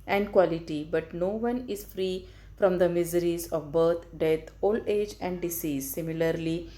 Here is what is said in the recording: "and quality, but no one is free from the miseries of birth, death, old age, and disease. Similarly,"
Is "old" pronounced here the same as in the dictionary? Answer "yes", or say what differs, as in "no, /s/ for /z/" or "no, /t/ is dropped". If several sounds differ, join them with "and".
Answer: no, /d/ is dropped